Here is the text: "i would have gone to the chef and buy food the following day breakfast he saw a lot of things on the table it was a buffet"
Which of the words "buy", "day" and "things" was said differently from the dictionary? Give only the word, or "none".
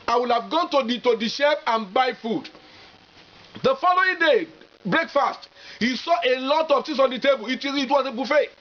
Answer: things